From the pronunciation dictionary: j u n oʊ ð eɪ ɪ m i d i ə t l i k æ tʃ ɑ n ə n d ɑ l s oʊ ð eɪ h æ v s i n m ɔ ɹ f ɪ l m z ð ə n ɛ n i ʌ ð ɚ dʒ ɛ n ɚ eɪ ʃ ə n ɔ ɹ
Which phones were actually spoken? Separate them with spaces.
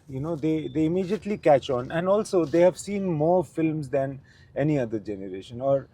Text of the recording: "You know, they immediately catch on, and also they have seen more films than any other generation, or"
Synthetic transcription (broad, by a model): j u n oʊ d eɪ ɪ m i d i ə t l i k æ tʃ ɑ n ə n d ɑ l s oʊ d eɪ h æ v s i n m ɔ ɹ f ɪ l m z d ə n ɛ n i ʌ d ɚ dʒ ɛ n ɚ eɪ ʃ ə n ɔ ɹ